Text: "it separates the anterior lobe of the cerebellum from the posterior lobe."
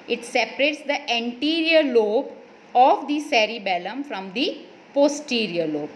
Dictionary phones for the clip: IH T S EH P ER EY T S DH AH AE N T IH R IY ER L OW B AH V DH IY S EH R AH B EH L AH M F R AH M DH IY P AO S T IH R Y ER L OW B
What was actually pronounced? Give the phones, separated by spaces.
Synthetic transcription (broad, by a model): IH T S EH P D EY T S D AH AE N T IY R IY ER L OW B AH V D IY S EH R AH B EH L AH M F R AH M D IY P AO S T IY R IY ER L OW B